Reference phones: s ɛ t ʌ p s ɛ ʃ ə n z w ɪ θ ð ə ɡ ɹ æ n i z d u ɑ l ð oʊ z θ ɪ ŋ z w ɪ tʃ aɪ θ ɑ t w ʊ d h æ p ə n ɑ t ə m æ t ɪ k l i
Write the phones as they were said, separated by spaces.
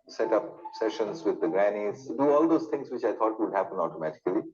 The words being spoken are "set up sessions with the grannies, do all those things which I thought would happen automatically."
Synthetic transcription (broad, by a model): s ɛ t ʌ p s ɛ ʃ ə n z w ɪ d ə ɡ ɹ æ n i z d u ɑ l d oʊ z t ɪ ŋ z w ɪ tʃ aɪ t ɑ t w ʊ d h æ p ə n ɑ t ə m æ t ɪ k l i